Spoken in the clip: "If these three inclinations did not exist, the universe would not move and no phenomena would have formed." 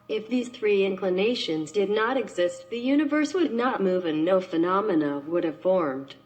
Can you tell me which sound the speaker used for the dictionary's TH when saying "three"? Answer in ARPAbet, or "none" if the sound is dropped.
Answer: TH